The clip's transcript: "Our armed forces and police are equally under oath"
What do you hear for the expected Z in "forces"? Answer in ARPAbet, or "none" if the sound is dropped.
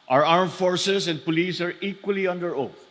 S